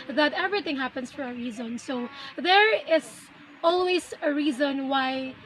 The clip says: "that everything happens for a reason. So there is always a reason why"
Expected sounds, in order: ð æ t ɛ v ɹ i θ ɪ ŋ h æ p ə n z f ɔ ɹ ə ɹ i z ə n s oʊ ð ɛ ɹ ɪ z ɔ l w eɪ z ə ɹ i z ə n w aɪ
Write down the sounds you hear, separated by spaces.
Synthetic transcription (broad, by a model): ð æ t ɛ v ɹ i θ ɪ ŋ h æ p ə n s f ɔ ɹ ə ɹ i z ə n s oʊ ð ɛ ɹ ɪ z ɔ l w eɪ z ə ɹ i z ə n w aɪ